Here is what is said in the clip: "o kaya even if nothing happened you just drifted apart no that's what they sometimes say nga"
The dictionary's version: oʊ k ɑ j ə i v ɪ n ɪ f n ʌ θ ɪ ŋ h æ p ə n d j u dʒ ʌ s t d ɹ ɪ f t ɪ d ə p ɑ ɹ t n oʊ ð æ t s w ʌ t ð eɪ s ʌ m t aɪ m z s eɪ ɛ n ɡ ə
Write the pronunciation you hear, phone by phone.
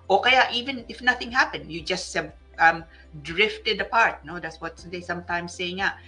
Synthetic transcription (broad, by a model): oʊ k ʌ j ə i v ɪ n ɪ f n ʌ θ ɪ ŋ h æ p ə n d j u dʒ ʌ s t d ɹ ɪ f t ɪ d ə p ɑ ɹ t n oʊ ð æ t s w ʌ t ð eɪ s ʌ m t aɪ m s eɪ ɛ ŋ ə